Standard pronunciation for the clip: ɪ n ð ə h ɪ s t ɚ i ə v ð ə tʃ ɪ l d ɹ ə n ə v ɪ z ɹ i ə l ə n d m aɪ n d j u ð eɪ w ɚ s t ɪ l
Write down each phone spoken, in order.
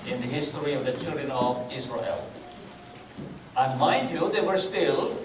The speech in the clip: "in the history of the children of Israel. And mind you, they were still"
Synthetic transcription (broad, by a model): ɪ n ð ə h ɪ s t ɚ i ə v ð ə tʃ ɪ l d ɹ ə n ə v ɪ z ɹ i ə l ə n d m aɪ d j u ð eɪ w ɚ s t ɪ l